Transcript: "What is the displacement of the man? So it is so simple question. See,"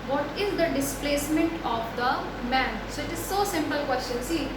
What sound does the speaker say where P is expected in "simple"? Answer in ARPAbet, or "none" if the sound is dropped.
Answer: P